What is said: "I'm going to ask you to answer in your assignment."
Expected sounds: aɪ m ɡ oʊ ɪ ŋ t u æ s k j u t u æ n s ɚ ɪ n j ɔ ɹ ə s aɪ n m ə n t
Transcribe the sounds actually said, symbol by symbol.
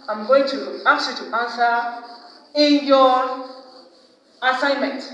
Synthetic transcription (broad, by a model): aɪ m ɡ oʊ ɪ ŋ t u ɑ k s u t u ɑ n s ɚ ɪ n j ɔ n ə s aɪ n m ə n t